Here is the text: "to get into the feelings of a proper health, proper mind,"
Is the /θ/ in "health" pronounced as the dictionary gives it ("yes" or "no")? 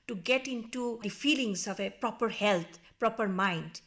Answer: no